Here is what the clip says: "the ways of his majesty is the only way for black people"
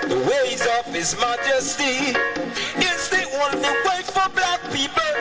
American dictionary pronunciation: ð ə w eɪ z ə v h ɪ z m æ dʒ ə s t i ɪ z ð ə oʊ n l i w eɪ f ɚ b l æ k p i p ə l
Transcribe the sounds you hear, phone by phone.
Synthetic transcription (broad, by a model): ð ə w eɪ z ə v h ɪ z m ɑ dʒ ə s t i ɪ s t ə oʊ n n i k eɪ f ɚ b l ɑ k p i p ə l